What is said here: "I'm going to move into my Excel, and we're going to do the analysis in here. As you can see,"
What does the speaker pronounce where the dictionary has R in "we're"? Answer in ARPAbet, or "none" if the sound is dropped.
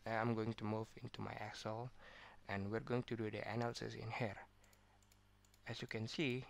R